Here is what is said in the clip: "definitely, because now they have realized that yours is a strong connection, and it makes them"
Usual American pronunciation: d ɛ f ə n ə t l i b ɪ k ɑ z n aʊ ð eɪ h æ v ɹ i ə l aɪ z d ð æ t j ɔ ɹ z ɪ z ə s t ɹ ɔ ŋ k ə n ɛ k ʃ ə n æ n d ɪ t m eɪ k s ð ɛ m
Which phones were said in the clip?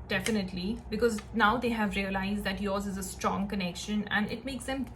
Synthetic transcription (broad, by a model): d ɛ f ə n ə t l i b ɪ k ɑ z n aʊ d eɪ h æ v ɹ i ə l aɪ z d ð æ t j ɔ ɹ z ɪ z ə s t ɹ ɔ ŋ k ə n ɛ k ʃ ə n æ n d ɪ t m eɪ k s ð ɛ m